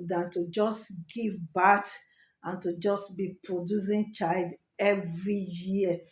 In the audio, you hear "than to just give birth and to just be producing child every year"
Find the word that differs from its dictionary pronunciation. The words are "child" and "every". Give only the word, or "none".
none